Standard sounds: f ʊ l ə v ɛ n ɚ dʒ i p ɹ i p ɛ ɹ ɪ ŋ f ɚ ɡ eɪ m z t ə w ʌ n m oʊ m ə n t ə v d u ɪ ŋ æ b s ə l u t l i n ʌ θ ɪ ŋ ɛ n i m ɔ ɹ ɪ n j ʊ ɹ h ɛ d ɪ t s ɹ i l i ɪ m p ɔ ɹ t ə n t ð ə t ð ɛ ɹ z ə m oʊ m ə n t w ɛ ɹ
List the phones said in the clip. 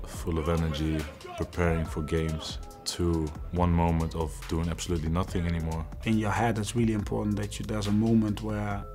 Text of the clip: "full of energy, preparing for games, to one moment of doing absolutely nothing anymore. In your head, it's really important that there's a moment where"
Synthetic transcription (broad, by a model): f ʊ l ə v ɛ n ɚ dʒ i p ɹ i p ɛ ɹ ɪ ŋ f ɚ ɡ eɪ m z t ə w ʌ n m oʊ m ə n t ə v d u ɪ ŋ æ b s ə l u t l i n ʌ θ ɪ ŋ ɛ n i m ɔ ɹ ɪ n j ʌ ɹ h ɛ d ɪ t s ɹ i l i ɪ m p ɔ ɹ t n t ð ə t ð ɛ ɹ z ə m oʊ m ə n t w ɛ ɹ